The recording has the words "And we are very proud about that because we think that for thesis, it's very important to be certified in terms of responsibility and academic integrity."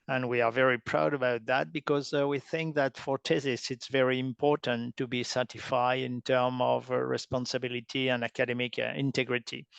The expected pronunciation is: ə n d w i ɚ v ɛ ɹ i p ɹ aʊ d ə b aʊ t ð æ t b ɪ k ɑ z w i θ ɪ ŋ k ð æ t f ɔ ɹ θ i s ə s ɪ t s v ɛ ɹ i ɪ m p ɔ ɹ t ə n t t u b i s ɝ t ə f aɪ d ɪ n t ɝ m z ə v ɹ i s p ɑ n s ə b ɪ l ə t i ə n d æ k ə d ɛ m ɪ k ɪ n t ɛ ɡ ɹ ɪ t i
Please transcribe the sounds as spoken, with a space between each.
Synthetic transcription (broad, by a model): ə n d w i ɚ v ɛ ɹ i p ɹ aʊ d ə b aʊ t ð æ t b ɪ k ɑ z w i θ ɪ ŋ k ð æ t f ɔ ɹ t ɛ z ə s ɪ t s v ɛ ɹ i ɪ m p ɔ ɹ t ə n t t u b i s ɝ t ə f aɪ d ɪ n t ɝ m ə v ɹ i s p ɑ n s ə b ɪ l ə t i ə n d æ k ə d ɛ m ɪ k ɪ n t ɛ ɡ ɹ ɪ t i